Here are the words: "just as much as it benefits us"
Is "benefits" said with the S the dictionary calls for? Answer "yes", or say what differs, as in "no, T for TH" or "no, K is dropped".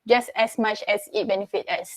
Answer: no, S is dropped